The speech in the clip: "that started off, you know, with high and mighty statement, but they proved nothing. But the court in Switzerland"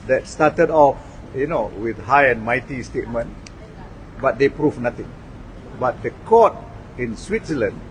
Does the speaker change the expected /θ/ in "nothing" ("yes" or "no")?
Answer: yes